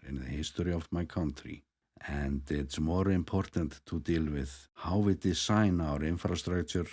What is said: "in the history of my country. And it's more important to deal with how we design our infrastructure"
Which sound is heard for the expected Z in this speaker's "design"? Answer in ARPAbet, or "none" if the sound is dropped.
S